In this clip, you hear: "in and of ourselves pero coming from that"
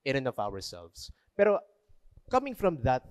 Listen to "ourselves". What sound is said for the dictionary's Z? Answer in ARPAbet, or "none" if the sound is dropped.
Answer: S